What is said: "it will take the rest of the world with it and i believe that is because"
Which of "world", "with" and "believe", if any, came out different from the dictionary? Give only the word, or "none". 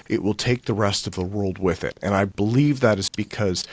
none